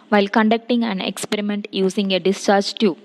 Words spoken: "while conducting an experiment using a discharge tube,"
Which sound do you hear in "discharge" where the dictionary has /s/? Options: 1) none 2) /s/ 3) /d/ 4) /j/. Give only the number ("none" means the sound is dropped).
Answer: 2